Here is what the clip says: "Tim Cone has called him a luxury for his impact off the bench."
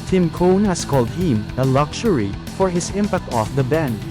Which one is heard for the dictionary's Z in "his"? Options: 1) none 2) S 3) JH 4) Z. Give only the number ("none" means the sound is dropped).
2